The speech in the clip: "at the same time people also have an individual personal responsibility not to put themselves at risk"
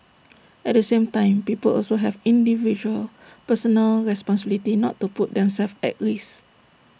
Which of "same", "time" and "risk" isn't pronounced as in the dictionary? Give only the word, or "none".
risk